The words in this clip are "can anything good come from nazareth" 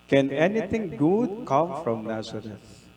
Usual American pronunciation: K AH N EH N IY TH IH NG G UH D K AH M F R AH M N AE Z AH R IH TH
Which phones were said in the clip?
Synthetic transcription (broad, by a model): K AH N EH N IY T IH NG G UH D K AH M F R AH M N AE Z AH R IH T